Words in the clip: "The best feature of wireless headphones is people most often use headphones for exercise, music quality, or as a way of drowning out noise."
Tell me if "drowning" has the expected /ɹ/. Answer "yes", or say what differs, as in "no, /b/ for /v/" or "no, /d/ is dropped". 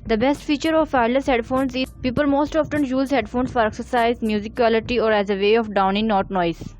no, /ɹ/ is dropped